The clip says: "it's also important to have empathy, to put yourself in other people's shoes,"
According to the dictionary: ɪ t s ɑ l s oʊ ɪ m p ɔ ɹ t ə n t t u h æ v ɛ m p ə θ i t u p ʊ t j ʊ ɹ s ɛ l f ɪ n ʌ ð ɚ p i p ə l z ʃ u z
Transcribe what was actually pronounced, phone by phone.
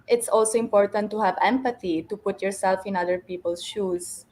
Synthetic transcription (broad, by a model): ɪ t s ɑ l s oʊ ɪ m p ɔ ɹ t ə n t t u h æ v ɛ m p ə t i t u p ʊ t j ʊ ɹ s ɛ l f ɪ n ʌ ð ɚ p i p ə l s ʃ u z